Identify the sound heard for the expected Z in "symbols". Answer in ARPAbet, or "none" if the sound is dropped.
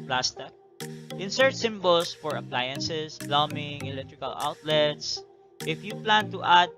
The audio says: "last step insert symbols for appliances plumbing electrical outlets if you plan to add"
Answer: S